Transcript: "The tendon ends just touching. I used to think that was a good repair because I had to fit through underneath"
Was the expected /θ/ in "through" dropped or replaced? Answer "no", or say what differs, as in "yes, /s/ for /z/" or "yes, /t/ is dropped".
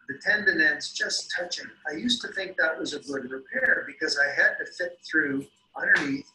no